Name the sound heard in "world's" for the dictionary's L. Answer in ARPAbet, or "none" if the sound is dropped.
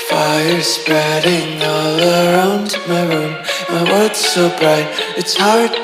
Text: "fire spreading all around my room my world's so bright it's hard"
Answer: none